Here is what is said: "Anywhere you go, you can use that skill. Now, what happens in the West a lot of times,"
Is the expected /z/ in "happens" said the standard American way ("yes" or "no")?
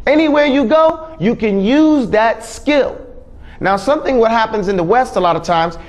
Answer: yes